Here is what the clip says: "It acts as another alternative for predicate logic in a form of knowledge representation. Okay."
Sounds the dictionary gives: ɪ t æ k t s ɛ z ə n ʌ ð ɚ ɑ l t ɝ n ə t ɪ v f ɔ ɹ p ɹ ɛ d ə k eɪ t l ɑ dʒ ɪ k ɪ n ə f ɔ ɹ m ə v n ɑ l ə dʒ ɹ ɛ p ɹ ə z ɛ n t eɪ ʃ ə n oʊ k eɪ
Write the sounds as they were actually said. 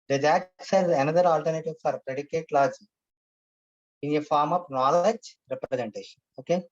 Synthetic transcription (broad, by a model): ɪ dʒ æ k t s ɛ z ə n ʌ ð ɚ ɑ l t ɝ n ə t ɪ v f ɔ ɹ p ɹ ɛ d ə k eɪ t l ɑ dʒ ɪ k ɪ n ə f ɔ ɹ m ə p n ɑ l ə dʒ ɹ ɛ p ɹ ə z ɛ n t eɪ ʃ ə n oʊ k eɪ